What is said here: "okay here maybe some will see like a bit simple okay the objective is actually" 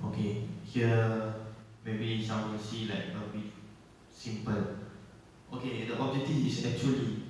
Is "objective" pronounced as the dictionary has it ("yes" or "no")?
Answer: no